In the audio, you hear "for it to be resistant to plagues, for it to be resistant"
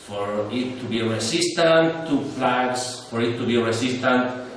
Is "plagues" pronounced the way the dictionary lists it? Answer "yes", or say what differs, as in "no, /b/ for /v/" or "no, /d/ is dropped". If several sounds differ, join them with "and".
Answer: no, /f/ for /p/ and /s/ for /z/